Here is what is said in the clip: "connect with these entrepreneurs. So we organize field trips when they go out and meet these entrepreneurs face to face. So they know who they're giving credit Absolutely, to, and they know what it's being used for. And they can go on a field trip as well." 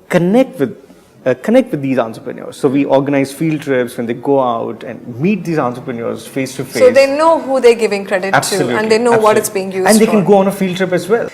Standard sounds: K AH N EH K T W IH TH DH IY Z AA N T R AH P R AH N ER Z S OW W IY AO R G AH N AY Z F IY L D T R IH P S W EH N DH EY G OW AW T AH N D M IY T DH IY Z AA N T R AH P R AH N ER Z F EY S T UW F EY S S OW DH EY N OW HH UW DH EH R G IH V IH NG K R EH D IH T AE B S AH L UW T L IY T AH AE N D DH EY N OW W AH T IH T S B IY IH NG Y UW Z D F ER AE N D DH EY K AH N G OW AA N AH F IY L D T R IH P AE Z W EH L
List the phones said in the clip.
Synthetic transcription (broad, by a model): K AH N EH K T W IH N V IY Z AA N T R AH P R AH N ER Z S OW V IY AO R G AH N AY Z F IY L D T R IH P S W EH N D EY G OW AW T AH N D M IY T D IY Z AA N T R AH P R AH N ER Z F EY S T UW F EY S S OW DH EY N OW HH UW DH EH G IH V IH NG K R EH D IH T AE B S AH AH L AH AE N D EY N OW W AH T IH T S B IY IH NG Y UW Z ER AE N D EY K AH N G OW AA N AH F IY L D T R IH P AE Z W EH L